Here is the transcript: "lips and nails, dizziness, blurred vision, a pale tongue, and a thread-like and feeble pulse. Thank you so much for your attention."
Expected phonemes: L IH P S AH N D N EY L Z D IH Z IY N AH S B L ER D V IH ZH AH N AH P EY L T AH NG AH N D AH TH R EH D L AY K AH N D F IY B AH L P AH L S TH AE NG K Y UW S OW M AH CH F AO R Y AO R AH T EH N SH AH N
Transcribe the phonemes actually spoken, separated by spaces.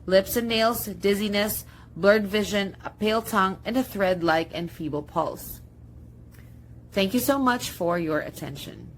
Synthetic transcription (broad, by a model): L IH P S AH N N EY L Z D IH Z IY N AH S B L ER D V IH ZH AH N AH P EY L T AH NG AH N D AH TH R EH D L AY K AH N D F IY B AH L P AH L S TH AE NG K Y UW S OW M AH CH F AO R Y AO R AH T EH N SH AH N